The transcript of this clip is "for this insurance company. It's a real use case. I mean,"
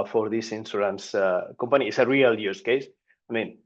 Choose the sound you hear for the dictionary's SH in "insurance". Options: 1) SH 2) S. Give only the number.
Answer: 2